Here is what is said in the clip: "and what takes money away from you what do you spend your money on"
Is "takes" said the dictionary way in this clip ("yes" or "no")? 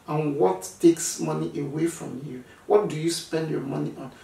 yes